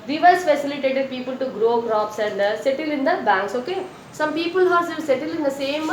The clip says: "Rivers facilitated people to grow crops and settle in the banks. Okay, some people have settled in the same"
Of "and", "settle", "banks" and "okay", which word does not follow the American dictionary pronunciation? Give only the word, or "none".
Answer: none